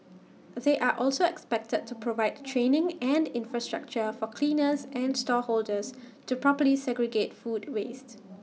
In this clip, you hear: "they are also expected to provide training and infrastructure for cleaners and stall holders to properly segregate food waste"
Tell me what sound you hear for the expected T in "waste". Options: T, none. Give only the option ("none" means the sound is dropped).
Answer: T